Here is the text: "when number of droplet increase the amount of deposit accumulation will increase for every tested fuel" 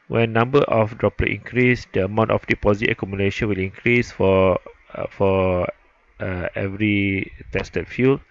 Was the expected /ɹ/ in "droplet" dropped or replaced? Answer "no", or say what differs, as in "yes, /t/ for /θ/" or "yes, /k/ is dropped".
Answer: no